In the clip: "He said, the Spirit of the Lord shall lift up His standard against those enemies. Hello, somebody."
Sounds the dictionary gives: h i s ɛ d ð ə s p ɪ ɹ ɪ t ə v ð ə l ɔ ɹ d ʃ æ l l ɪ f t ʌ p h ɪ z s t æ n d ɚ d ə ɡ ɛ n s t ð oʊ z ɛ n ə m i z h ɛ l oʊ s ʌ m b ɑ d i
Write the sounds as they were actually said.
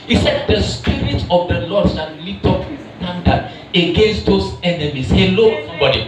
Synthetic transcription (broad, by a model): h i s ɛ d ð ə s p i ɹ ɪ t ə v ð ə l ɔ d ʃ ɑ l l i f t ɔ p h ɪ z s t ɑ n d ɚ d ə ɡ ɛ n s t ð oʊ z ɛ n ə m i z h ɛ l oʊ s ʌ m b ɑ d i